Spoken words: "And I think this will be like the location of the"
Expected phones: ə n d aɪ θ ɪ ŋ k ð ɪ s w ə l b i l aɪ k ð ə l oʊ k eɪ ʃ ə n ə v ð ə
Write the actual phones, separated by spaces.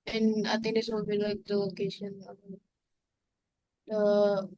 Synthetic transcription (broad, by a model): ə n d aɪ t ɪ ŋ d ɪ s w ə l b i l aɪ k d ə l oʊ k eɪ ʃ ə n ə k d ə